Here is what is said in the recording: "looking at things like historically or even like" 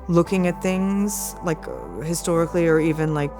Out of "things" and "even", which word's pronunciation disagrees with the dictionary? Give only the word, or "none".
none